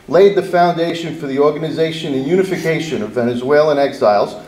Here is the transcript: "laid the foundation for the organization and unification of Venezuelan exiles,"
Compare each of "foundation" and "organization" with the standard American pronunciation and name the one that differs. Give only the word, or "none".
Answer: none